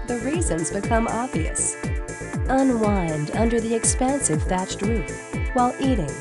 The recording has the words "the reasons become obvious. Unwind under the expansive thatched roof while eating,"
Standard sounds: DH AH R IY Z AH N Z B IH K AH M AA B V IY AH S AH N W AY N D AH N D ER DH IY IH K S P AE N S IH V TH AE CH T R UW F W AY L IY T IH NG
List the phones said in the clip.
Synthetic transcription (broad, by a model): DH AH R IY Z AH N Z B IH K AH M AA B V IY AH S AH N W AY N D AH N D ER DH IY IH K S P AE N S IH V F AE CH T R UW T W AY L IY T IH NG